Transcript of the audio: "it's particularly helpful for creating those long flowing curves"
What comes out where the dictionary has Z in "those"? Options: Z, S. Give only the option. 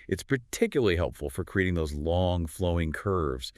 Z